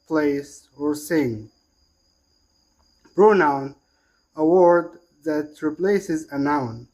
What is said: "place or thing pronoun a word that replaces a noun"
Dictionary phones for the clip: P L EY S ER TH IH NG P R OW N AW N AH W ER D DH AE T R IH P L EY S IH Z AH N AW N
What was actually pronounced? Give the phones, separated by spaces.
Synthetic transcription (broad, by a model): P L EY S ER S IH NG B R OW N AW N AH W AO D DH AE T R IH P L EY S IH Z AH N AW N